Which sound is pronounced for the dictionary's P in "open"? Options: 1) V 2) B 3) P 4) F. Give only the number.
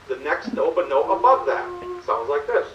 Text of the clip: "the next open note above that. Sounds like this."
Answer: 2